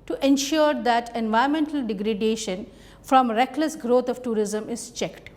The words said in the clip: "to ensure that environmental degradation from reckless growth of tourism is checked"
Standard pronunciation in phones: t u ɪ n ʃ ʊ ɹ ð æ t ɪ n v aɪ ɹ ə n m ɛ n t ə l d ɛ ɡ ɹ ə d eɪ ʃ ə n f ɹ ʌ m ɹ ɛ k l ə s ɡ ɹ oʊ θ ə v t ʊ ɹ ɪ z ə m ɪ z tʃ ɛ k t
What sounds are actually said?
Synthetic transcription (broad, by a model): t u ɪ n ʃ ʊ ɹ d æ t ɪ n v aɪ ə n m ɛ n t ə l d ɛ ɡ ɹ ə d eɪ ʃ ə n f ɹ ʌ m ɹ ɛ k l ə s ɡ ɹ oʊ t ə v t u ɹ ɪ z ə m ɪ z tʃ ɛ k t